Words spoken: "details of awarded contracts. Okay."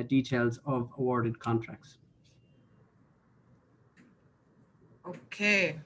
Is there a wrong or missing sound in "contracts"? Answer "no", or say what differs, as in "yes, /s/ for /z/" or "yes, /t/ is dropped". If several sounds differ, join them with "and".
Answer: no